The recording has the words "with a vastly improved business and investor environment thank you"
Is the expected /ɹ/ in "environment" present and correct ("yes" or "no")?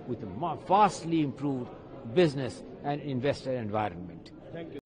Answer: yes